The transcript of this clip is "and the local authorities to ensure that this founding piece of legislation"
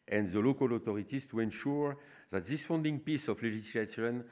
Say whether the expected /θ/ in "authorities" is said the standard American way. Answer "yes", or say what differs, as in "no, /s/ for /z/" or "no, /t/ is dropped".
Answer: no, /t/ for /θ/